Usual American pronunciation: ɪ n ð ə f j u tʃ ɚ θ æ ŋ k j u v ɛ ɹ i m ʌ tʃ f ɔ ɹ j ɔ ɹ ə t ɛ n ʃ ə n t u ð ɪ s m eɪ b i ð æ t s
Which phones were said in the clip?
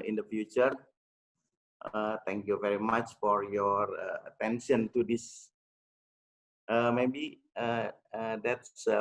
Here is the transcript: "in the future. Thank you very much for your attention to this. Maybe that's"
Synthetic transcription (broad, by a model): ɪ n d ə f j u tʃ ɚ t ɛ ŋ k j u v ɛ ɹ i m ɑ tʃ f ɔ ɹ j ɔ ɹ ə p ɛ n s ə n t u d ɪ s m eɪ b i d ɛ t s